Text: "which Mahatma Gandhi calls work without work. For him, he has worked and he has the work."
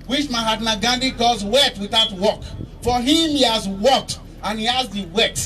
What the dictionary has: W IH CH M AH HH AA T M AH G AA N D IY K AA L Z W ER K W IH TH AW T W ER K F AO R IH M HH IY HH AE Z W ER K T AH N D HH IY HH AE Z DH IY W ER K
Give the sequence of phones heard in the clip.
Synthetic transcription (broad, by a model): W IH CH M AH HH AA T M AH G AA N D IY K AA Z W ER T W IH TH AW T W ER K F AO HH IH M HH IY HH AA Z W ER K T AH N HH IY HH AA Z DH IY W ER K